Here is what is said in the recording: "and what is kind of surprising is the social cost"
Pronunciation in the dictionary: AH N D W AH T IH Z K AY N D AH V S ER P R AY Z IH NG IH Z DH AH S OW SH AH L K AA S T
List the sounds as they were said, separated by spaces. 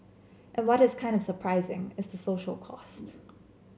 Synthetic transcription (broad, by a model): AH N W AH T IH Z K AY N D AH V S ER P R AY Z IH NG IH Z DH AH S OW SH L K AA S T